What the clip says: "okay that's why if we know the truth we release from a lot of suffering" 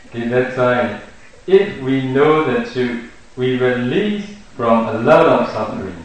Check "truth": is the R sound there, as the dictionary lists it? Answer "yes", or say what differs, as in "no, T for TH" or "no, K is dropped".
no, R is dropped